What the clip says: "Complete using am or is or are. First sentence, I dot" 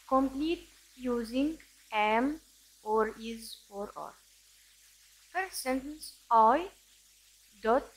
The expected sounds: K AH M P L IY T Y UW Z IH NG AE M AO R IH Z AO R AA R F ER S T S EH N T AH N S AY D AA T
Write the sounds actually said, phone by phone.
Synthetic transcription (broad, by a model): K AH M P L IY T Y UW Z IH NG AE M AO R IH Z AO R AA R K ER T S EH N T AH N S AY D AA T